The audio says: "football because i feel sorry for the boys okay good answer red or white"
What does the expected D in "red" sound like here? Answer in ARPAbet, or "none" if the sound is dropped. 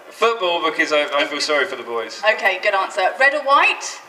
D